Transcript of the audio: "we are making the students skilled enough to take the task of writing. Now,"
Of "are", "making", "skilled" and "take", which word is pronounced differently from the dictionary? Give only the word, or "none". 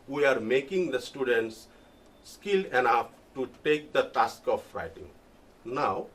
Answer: skilled